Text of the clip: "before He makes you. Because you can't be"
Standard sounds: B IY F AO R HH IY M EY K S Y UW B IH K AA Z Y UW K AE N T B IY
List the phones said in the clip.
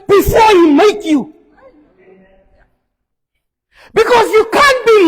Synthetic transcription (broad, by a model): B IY F AO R HH IY M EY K Y UW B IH K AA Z Y UW K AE N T B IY